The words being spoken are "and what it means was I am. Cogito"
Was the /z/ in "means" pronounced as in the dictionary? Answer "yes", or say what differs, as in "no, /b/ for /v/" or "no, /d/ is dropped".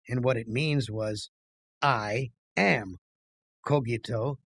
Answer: yes